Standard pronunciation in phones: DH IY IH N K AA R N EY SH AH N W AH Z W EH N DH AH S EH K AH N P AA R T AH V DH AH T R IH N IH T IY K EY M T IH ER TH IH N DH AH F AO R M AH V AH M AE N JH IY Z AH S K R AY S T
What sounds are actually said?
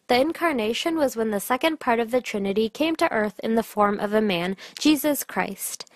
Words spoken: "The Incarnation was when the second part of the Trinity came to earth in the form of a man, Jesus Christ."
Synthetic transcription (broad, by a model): DH IY IH N K AA R N EY SH AH N W AH Z W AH N DH AH S EH K AH N P AA R T AH V DH AH T R IH N IH T IY K EY M T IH ER TH IH N DH AH F AO R M AH V AH M AE N JH IY Z AH S K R AY S T